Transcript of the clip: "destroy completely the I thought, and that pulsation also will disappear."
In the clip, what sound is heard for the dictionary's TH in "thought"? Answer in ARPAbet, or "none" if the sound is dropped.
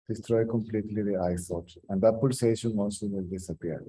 S